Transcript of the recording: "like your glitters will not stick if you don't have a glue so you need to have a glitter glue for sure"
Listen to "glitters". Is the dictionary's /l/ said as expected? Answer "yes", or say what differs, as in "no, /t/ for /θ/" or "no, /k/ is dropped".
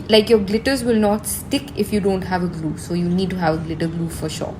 yes